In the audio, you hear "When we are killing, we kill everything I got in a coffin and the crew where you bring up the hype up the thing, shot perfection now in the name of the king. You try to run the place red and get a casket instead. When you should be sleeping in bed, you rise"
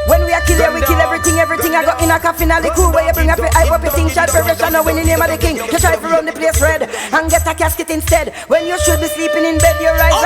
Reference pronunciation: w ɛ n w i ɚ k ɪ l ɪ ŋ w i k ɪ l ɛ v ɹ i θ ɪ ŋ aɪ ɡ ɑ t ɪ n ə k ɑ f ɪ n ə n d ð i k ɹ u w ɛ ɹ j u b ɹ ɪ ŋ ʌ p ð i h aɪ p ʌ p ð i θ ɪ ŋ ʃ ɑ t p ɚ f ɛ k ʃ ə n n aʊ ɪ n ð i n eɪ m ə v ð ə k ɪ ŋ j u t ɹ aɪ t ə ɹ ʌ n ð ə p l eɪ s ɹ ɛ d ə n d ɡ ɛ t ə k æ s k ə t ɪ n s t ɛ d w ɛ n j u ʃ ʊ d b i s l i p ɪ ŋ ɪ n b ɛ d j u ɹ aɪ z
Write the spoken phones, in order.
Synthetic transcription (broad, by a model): w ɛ n w i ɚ k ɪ l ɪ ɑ w i k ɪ l ɛ v ɹ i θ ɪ ŋ aɪ ɡ ɑ t ɪ n ə k ɑ f ɪ n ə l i k u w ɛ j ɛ b ɹ ɪ ŋ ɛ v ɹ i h aɪ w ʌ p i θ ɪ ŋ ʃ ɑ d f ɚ ɛ ʃ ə n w ɪ n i n eɪ m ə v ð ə k ɪ ŋ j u t ɹ aɪ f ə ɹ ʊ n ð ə p l eɪ s ɹ ɛ d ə n ɡ ɛ t ə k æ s k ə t ɪ n s t ɛ d w ɛ n j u ʃ ʊ d b i s l i p ɪ ŋ ɪ n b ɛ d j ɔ ɹ aɪ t